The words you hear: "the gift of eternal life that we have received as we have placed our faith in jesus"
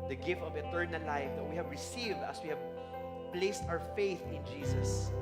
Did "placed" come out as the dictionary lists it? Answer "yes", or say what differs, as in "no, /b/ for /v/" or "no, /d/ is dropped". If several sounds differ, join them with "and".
yes